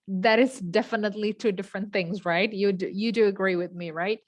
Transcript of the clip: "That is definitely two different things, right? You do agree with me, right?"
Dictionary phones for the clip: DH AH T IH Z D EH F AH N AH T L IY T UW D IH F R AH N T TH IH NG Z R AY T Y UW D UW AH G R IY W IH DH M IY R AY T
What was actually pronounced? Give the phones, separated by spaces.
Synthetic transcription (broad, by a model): DH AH T IH Z D EH F AH N AH T L IY T UW D IH F R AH N TH IH NG Z R AY T Y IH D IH AH G R IY W IH DH M IY R AY T